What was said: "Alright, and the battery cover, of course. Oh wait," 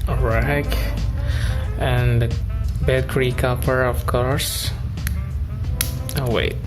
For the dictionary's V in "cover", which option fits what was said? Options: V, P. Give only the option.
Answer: P